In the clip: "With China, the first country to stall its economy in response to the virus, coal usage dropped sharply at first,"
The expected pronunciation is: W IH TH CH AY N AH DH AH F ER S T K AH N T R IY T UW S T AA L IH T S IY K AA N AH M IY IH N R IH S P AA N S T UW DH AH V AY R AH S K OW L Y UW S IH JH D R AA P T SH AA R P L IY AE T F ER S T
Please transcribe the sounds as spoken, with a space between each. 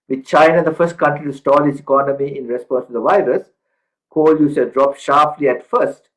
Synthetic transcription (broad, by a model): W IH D CH AY N AH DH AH F ER S T K AH N T R IY T UW S T AA L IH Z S IY K AA N AH M IY IH N R IH S P AA N S T UW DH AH V AY R AH S K OW L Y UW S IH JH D R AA P SH AA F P L IY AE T F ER S T